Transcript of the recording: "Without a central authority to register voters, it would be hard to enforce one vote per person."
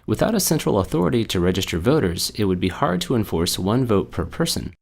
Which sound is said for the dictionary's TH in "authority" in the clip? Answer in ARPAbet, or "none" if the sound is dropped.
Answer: TH